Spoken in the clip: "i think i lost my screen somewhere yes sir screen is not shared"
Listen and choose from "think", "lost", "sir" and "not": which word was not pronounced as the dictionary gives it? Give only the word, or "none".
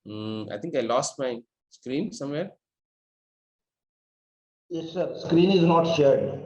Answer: think